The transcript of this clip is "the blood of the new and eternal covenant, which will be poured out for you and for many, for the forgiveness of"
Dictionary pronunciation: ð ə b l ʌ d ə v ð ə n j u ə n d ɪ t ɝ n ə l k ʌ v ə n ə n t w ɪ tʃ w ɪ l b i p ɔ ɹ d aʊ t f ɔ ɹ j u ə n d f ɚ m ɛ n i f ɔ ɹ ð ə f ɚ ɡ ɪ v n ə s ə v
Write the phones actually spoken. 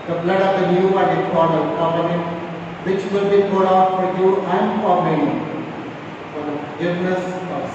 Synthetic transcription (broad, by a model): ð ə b l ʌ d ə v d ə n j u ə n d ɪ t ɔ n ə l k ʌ p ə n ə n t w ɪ tʃ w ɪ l b i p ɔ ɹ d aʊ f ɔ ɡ j u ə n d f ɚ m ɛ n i f ɔ ɹ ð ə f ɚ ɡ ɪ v n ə s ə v